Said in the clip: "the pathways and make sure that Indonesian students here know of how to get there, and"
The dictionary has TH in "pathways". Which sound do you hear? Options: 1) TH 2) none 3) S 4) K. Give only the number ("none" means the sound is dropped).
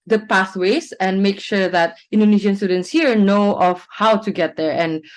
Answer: 3